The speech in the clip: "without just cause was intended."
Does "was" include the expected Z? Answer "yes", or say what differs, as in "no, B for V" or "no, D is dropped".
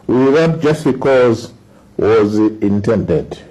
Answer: yes